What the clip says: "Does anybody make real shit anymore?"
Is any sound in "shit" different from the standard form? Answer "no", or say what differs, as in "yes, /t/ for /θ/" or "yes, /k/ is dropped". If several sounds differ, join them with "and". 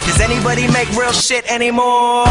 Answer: no